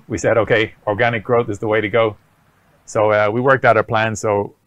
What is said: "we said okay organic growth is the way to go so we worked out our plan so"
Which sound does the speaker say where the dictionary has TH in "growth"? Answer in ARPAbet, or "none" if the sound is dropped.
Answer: TH